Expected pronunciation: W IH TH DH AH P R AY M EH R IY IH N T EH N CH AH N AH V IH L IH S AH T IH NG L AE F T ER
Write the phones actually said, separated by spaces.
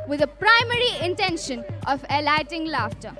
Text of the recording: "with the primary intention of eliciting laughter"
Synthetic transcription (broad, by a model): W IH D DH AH P R AY M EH R IY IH N T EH N SH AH N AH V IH L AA AH T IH NG L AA F T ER